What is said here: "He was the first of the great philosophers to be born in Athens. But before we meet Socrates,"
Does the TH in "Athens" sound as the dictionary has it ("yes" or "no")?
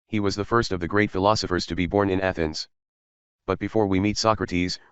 yes